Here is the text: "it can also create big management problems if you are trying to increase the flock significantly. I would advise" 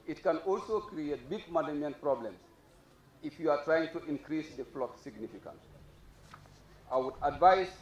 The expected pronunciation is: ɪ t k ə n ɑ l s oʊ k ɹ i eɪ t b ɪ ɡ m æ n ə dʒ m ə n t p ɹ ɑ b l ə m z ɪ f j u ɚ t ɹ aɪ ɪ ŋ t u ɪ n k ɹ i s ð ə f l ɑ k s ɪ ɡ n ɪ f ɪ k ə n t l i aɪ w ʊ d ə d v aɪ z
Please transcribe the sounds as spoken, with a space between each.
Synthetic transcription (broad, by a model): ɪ t k ə n ɑ l s oʊ k ɹ i eɪ t b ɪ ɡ m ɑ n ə m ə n p ɹ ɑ b l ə m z ɪ f j u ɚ t ɹ aɪ ɪ ŋ t u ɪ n k ɹ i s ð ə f l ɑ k s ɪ ɡ n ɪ f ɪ k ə n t i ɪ w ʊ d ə d v aɪ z